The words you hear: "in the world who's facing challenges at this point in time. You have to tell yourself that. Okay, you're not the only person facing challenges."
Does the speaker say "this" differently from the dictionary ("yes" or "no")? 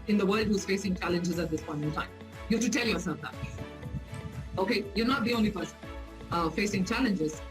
no